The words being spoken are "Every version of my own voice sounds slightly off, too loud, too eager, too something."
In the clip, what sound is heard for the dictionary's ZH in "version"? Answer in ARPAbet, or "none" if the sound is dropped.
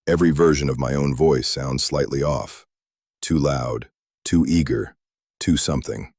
ZH